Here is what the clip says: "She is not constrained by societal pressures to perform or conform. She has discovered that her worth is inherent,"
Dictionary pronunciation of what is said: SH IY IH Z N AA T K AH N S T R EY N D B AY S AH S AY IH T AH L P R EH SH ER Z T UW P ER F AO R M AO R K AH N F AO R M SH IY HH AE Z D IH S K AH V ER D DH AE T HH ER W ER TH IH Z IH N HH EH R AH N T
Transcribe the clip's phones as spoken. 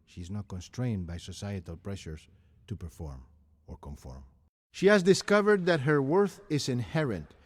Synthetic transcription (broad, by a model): SH IY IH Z N AA T K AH N S T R EY N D B AY S AH S AY IH T AH L P R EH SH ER S T UW P ER F AO R M AO R K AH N F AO R M SH IY HH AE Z D IH S K AH V ER D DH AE T HH ER W ER TH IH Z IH N HH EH R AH N T